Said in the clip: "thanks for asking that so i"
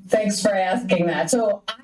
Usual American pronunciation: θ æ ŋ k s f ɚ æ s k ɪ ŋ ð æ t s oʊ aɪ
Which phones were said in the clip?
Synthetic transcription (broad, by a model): θ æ ŋ k s f ɚ æ s k ɪ ŋ ð æ t s oʊ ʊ